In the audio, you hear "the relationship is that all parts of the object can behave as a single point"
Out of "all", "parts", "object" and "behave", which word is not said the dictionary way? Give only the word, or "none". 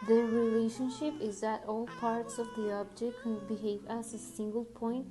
none